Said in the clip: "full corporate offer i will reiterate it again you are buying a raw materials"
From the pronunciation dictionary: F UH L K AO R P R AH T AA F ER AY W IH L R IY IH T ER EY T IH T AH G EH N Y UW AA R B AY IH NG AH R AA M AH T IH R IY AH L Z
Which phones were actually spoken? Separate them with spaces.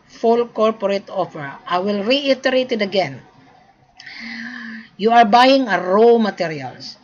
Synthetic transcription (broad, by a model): F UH L K AO R P R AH T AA P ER AY W IH L R IY IH T ER EY T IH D AH G EH N Y UW AA R B AY IH NG AH R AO M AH T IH R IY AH L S